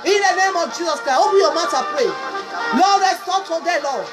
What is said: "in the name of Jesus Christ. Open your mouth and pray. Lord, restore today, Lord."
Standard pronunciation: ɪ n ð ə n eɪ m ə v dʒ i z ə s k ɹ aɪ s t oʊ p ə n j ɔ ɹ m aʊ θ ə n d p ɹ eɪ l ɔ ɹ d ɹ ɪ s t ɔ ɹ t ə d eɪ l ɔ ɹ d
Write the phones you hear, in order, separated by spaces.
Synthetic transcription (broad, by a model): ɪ n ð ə n eɪ m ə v dʒ i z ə s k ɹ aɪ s oʊ b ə j ɔ m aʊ t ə p ɹ eɪ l ɔ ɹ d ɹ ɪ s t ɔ t ə d eɪ l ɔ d